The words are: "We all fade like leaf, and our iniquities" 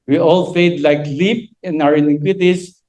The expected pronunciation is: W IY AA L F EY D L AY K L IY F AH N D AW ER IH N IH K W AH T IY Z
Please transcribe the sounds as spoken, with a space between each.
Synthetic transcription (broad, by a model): W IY AA L F EY D L AY K L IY P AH N AW ER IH N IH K W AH T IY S